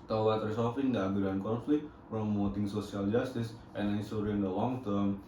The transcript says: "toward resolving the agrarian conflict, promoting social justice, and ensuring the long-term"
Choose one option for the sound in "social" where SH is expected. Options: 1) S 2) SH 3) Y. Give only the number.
1